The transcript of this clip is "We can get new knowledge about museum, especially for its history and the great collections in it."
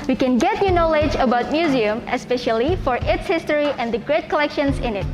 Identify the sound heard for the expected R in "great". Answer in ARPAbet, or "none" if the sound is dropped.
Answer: R